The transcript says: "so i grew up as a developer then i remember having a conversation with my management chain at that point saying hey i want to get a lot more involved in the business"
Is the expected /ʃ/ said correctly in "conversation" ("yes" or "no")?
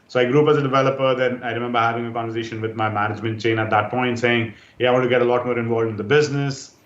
yes